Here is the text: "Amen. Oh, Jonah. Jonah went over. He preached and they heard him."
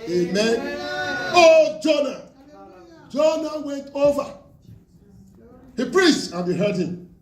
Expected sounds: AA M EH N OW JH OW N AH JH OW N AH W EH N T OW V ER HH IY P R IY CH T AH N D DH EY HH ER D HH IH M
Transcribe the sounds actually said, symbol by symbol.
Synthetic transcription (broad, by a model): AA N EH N OW JH OW N AH JH OW N AH W EH N T OW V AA HH IY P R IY S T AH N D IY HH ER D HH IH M